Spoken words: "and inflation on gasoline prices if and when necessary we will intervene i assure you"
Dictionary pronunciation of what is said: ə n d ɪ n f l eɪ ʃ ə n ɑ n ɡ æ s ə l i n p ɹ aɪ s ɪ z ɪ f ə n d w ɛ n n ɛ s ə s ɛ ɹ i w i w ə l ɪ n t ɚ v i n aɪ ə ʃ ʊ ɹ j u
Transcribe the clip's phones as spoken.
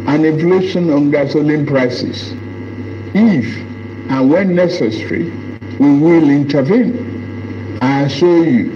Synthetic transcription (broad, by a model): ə n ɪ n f l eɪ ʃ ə n ɑ n ɡ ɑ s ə l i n p ɹ aɪ s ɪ s ɪ f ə n w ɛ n n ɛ s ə s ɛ ɹ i w i w ə l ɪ n t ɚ v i n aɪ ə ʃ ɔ j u